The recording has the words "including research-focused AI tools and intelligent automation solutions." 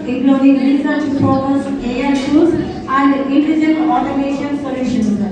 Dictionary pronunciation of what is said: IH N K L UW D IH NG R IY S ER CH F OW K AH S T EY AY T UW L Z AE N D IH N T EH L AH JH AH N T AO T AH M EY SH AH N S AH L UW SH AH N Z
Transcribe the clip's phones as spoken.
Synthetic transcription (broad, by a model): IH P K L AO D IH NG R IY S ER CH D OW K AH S EY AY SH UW Z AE N D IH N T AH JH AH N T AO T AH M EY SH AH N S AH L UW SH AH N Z